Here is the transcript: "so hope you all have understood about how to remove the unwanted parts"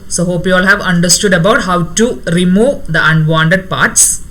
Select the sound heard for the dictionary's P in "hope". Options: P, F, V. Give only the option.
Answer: P